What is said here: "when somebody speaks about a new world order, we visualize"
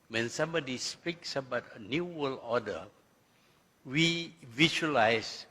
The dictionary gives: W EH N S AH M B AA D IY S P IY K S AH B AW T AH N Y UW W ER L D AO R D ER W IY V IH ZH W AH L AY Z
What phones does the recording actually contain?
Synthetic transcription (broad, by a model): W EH N S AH M B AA D IY S P IY K S AH B AW T AH N Y UW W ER L AO D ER W IY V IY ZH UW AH L AY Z